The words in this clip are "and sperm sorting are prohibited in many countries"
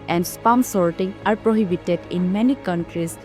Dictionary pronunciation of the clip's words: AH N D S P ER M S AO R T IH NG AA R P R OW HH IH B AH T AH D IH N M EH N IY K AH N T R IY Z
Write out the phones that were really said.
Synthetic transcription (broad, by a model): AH N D S P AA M S AO R T IH NG AA R P R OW HH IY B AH T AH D IH N M EH N IY K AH N T R IY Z